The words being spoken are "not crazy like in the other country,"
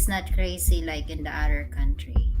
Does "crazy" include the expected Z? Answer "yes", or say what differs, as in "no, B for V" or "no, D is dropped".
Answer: no, S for Z